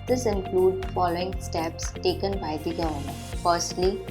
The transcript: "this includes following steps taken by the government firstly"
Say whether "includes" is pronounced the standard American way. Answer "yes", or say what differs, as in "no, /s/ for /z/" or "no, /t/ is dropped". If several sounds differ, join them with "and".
no, /z/ is dropped